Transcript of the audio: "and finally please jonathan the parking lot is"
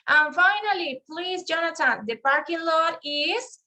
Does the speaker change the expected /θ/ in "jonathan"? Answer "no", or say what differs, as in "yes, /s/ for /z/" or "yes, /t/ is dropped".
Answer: yes, /t/ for /θ/